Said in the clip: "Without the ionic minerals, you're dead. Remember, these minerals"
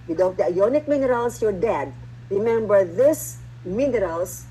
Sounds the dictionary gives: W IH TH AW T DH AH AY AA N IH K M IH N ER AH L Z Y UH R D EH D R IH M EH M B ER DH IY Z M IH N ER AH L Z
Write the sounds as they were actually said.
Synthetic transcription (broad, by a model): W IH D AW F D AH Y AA N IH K M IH N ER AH L S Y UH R D EH D R IH M EH M B ER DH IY S M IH N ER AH L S